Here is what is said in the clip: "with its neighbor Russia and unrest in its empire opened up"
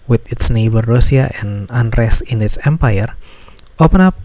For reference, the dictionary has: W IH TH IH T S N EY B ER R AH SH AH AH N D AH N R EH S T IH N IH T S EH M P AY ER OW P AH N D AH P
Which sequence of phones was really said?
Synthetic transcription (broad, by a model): W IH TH IH T S N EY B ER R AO S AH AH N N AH N R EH S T IH N IH T S EH M P AY ER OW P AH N AA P